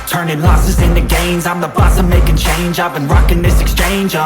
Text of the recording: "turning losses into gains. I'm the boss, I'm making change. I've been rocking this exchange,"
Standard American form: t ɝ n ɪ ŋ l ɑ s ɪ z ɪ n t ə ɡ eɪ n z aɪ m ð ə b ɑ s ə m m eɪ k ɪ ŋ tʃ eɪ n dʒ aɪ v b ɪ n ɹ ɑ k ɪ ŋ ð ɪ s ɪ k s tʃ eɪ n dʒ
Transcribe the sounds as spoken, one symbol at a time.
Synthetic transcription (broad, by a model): t ɝ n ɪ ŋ l ɑ s ɪ z ɪ n t ə ɡ eɪ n z aɪ m ð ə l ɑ s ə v m eɪ k ɪ ŋ tʃ eɪ n dʒ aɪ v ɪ n ɹ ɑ k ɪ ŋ ð ɪ s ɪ k s tʃ eɪ n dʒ